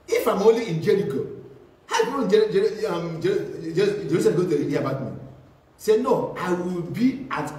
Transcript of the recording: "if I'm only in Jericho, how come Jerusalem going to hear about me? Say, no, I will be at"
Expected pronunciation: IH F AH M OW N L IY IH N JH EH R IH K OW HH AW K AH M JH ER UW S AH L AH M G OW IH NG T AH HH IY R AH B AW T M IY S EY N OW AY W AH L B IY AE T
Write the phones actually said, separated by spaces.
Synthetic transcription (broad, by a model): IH F AH M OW L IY IH N JH EH R IH K OW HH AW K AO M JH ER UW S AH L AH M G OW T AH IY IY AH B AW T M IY S EY N OW AY W AH L B IY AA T